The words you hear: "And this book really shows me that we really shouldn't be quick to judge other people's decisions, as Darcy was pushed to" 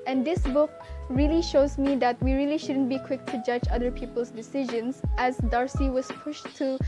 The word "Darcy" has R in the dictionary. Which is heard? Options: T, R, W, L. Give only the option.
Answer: R